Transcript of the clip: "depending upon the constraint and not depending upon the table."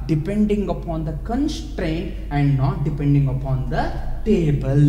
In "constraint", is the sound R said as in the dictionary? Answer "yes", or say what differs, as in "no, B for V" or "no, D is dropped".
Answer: yes